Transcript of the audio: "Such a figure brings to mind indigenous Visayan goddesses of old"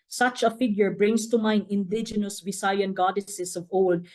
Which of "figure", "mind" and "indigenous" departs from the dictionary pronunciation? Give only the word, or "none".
mind